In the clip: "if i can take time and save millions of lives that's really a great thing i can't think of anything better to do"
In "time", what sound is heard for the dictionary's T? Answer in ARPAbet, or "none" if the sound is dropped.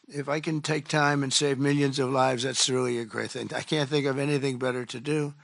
T